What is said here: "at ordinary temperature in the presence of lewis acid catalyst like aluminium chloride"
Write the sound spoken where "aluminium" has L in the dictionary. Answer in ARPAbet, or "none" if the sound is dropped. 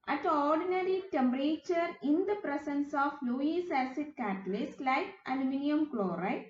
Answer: N